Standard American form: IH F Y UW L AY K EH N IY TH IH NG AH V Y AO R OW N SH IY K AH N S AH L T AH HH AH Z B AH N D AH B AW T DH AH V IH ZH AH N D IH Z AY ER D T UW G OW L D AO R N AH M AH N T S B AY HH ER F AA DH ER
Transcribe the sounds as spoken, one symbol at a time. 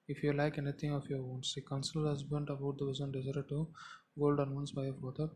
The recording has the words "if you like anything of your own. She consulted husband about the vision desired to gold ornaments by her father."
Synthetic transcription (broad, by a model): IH F Y UW L AY K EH N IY T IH NG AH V Y AO R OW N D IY K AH N S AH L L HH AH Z B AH N D AH B AW T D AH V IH Z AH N D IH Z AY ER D T UW G OW L D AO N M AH N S B AY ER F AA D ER